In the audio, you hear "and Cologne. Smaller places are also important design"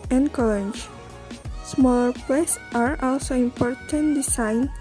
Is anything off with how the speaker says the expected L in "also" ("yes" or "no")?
no